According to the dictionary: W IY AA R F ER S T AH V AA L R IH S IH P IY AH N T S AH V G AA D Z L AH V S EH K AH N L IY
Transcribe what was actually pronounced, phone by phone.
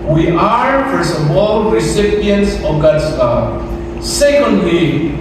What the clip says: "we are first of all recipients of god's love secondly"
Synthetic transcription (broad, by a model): W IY AA R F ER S AH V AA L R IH S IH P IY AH N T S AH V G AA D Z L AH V S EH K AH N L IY